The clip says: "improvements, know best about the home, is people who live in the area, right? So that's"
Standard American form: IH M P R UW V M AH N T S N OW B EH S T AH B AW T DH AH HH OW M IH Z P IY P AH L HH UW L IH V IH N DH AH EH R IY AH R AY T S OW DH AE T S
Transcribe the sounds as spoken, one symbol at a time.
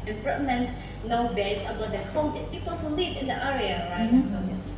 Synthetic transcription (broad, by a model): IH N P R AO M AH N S N OW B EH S AH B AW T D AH HH OW M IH S P IY P AH L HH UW L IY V IH N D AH EH R IY AH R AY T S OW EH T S